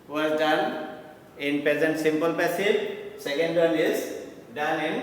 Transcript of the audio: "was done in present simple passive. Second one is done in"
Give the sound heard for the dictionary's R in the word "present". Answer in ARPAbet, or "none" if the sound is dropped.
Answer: R